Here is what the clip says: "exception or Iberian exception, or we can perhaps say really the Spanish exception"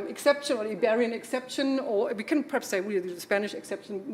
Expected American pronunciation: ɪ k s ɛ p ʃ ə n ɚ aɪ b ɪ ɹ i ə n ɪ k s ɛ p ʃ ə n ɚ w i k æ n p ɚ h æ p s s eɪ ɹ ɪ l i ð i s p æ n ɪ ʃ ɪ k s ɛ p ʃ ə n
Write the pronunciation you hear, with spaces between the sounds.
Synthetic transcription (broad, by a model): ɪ k s ɛ p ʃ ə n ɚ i b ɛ ɹ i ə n ɪ k s ɛ p ʃ ə n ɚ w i k æ n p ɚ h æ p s s eɪ w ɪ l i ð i s p æ n ɪ ʃ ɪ k s ɛ p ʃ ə n